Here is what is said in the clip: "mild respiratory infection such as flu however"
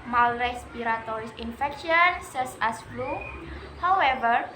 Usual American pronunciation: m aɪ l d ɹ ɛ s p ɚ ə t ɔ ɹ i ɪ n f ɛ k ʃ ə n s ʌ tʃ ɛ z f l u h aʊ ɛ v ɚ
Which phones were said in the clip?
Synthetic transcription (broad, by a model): m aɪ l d ɹ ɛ s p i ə t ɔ ɹ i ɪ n f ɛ k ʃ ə n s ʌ s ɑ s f l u h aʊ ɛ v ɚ